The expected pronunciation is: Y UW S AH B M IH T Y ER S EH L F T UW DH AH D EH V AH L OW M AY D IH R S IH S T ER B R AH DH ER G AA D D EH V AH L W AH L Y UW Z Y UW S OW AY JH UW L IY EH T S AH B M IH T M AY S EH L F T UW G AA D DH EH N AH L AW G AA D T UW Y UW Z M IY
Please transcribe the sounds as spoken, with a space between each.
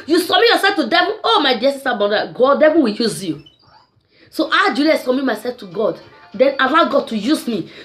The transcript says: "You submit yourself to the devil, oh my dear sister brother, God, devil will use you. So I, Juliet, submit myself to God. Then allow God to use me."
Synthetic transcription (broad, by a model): Y UW S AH M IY Y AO S EH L F T UW D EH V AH OW M AY D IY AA S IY S T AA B AH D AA G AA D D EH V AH W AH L Y UW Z Y UW S OW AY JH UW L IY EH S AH M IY M AY S EH L F T UW G AA D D EH N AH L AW G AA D T UW Y UW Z M IY